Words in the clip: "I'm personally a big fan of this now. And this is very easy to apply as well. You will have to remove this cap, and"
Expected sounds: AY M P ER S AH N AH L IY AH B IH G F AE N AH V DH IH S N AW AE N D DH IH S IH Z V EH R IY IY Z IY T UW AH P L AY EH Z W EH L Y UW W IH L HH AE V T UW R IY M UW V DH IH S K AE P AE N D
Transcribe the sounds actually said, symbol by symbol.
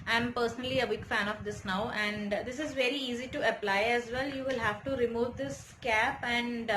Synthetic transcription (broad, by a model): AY M P ER S AH N AH L IY AH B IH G F AE N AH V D IH S N AW AE N D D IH S IH Z V EH R IY IY Z IY T UW AH P L AY EH Z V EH L Y UW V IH L HH AE V T UW R IY M UW V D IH S K AE P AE N D